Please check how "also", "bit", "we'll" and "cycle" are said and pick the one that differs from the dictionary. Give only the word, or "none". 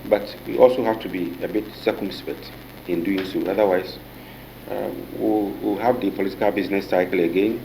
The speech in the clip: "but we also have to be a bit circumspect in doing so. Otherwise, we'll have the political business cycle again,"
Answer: we'll